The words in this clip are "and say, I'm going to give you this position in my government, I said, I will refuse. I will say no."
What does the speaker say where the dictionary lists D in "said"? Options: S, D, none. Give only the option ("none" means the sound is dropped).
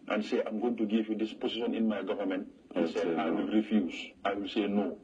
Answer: none